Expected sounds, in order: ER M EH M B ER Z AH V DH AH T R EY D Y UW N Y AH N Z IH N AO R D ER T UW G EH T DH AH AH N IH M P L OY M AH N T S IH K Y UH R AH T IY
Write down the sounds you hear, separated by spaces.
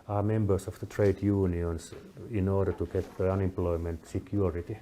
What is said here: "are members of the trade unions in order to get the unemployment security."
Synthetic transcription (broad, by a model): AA M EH M B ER S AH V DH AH T R EY D Y UW N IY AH N S IH N AO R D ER T UW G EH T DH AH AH N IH M P L OY M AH N T S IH K Y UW R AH T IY